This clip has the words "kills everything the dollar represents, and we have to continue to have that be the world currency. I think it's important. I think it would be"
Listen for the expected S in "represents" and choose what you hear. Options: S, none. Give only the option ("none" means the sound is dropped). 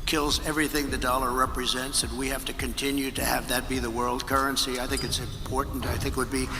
S